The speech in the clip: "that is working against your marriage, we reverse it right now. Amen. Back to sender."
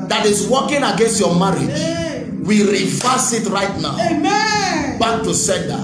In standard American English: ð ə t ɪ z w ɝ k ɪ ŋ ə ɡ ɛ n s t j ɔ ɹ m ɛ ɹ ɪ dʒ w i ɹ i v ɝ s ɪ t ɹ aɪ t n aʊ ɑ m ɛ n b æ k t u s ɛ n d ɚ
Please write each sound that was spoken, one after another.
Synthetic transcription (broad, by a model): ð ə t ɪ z w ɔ k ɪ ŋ ə ɡ ɛ n s t j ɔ m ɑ ɹ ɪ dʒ w i ɹ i f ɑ s ɪ t ɹ aɪ t n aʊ ɑ ʊ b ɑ k t u s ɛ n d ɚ